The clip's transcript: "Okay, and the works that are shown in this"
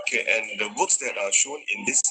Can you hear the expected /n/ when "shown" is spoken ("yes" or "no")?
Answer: yes